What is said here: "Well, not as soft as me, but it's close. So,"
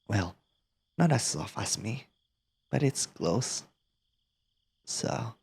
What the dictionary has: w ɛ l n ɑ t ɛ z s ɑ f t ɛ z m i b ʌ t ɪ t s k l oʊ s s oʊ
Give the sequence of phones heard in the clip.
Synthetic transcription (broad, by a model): w ɛ l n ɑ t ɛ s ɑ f ɑ s m i b ʌ t ɪ t s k l oʊ s s oʊ